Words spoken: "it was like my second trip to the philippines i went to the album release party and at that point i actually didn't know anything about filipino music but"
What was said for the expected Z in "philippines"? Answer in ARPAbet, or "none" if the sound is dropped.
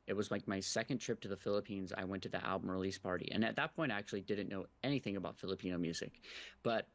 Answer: Z